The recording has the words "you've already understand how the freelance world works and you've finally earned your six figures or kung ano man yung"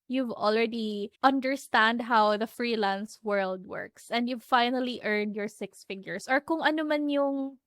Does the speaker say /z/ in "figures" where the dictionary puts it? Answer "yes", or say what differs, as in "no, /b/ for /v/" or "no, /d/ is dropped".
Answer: no, /s/ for /z/